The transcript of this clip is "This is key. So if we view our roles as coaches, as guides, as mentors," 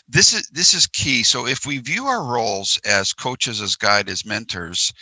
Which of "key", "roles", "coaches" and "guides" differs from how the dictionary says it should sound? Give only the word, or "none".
guides